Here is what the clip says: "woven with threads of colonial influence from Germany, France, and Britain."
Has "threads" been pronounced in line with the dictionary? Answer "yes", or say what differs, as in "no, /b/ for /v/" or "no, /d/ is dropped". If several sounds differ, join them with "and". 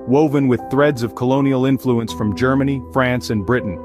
yes